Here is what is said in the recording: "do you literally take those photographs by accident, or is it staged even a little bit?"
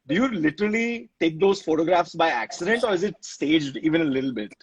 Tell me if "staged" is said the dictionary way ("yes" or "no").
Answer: yes